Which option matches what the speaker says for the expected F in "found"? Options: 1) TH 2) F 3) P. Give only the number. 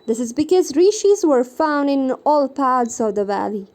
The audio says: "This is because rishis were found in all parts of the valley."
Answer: 2